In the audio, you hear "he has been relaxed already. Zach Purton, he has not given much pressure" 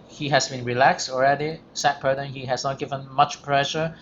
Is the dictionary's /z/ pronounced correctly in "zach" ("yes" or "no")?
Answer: no